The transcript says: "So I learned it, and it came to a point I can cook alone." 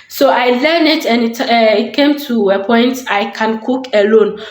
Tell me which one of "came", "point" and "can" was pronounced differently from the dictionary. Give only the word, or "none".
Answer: none